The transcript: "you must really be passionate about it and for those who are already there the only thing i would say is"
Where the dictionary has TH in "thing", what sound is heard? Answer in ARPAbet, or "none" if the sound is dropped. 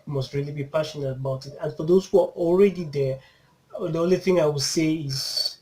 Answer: TH